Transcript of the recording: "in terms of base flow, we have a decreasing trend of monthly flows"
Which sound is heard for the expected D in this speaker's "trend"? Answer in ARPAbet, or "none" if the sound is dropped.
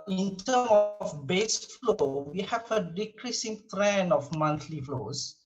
none